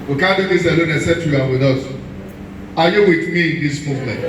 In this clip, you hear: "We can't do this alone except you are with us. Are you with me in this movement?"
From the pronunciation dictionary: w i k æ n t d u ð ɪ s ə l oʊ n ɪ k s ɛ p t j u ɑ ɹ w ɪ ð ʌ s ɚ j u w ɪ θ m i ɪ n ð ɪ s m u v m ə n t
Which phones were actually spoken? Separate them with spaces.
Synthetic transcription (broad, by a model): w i k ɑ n d u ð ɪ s ə l oʊ n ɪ s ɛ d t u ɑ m w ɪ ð ʌ s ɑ j u w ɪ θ m i ɪ n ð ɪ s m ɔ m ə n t